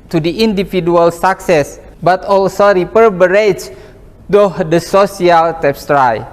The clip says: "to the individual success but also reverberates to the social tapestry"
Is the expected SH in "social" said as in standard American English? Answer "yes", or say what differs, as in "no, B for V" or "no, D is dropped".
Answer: no, S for SH